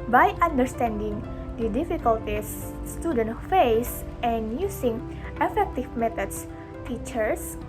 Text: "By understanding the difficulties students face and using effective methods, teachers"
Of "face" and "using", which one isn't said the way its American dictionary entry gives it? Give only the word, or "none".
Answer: using